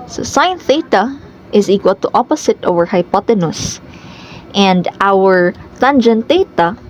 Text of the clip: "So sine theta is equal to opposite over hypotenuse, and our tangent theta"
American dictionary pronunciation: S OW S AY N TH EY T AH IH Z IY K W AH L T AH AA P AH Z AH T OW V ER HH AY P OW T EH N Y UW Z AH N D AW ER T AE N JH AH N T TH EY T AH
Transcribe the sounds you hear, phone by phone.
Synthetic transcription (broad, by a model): S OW S AY N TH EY T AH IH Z IY K W AH L T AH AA P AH S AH T OW V ER HH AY P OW T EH N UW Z AH N D AW ER T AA N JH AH N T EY T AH